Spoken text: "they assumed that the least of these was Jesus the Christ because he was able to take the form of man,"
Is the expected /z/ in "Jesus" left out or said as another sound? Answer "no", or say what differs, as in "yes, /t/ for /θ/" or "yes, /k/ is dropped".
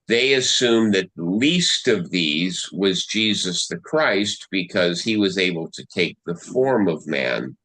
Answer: no